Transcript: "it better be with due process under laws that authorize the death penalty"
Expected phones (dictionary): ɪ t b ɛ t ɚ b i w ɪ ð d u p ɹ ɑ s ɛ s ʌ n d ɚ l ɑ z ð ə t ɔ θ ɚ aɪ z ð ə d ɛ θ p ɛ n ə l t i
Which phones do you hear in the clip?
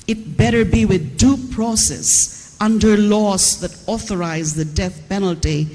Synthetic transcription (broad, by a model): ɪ t b ɛ t ɚ b i w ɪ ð d u p ɹ ɑ s ɛ s ʌ n d ɚ l ɑ s ð ə t ɔ θ ɚ aɪ z ð ə d ɛ θ p ɛ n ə l t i